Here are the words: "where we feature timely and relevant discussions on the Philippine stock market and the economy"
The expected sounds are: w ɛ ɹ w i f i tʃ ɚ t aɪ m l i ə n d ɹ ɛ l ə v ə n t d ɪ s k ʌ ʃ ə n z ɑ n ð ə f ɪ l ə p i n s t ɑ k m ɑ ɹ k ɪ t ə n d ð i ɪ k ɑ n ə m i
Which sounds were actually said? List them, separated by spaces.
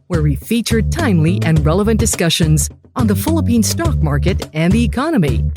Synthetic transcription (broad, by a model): w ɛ ɹ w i f i tʃ ɚ t aɪ m l i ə n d ɹ ɛ l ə v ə n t d ɪ s k ʌ ʃ ə n z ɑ n ð ə f ɪ l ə p i n s t ɑ k m ɑ ɹ k ɪ t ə n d ð i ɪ k ɑ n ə m i